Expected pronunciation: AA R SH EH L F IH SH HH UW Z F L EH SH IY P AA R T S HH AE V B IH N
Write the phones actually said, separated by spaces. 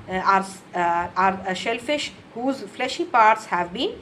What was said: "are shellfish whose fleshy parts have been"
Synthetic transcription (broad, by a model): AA R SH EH L F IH SH HH UW Z F L EH SH IY P AA R T S HH AE V B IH N